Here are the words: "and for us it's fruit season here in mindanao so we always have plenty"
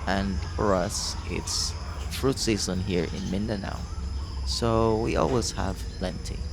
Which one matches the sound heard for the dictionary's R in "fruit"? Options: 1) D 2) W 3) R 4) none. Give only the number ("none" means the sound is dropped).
3